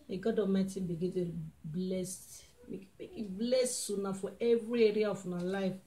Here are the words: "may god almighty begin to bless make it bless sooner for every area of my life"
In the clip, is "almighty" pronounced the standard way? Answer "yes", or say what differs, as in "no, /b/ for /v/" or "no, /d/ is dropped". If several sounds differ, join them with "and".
no, /l/ is dropped